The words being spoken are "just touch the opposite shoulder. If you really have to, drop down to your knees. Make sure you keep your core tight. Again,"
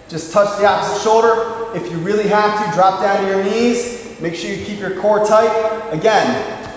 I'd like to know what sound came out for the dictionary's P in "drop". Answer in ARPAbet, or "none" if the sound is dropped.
P